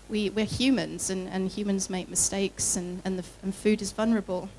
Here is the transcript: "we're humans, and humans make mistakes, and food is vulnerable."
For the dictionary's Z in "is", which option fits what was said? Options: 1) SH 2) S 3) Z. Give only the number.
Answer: 3